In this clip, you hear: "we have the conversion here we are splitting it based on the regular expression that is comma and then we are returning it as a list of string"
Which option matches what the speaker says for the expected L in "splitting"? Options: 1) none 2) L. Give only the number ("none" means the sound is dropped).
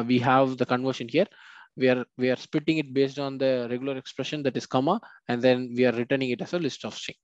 1